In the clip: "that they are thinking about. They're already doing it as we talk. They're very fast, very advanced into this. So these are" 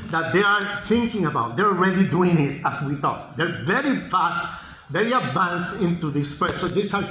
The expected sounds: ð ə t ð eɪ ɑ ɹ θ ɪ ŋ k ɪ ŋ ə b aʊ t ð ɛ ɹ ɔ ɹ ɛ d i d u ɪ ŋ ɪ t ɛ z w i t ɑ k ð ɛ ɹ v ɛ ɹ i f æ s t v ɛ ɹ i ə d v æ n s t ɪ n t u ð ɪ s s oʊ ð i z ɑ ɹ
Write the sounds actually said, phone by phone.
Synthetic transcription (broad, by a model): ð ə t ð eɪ ɑ ɹ θ ɪ ŋ k ɪ ŋ ə b aʊ t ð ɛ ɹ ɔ ɹ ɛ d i d u ɪ ŋ ɪ t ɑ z w i t ɑ k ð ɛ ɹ v ɛ ɹ i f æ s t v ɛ ɹ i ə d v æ n s ɪ n t u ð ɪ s s oʊ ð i s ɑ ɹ